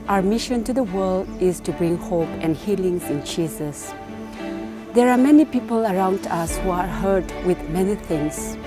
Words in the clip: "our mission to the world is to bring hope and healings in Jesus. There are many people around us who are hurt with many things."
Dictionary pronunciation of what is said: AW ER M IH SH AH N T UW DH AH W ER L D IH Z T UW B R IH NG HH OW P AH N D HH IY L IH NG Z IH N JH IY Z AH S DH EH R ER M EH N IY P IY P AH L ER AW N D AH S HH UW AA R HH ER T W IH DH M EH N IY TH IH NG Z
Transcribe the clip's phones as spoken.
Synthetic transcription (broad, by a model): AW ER M IH SH AH N T UW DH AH W ER L D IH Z T UW B R IH NG HH OW P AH N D HH IY L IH NG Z IH N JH IY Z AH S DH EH R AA M EH N IY P IY P AH L ER AW N D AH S HH UW AA R HH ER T W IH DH M EH N IY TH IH NG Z